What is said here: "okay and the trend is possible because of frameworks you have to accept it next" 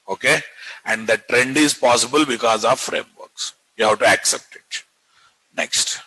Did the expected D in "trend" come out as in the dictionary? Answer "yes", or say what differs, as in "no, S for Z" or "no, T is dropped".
yes